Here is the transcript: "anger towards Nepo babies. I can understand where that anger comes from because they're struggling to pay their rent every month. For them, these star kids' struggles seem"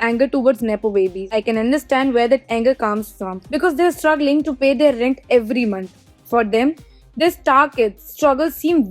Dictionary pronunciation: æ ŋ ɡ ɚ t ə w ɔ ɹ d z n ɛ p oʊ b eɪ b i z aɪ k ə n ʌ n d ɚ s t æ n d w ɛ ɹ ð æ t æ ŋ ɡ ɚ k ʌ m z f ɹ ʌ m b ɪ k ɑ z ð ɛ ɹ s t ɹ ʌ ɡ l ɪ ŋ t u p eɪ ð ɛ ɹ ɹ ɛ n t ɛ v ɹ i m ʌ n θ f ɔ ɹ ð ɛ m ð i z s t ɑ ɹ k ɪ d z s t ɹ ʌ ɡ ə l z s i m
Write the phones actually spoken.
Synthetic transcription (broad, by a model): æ ŋ ɡ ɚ t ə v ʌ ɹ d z n ɛ p oʊ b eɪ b i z aɪ k ə n ʌ n d ɚ s t æ n d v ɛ ɹ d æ t æ ŋ ɡ ɚ k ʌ m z f ɹ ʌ m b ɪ k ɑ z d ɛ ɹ s t ɹ ʌ ɡ l ɪ ŋ t u p eɪ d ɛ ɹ ɹ ɛ n t ɛ v ɹ i m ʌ n t f ɔ ɹ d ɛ m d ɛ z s t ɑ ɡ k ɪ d s t ɹ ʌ ɡ ə l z s i m